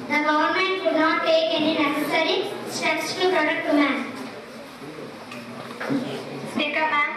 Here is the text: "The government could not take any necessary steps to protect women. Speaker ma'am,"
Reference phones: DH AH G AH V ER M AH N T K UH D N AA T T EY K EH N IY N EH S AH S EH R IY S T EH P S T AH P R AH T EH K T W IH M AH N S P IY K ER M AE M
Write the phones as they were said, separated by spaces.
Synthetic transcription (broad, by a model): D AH G AH V ER M AH N T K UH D N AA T T EY K EH N IY N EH S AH S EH R IY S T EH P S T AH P R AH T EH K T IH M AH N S IY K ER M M